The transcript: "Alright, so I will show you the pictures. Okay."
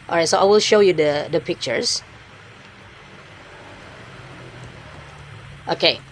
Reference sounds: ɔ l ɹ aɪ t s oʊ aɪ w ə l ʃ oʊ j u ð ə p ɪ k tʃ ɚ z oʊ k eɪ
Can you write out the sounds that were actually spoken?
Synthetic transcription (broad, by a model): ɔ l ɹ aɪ t s oʊ aɪ w ə l ʃ oʊ j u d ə p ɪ k tʃ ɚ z oʊ k eɪ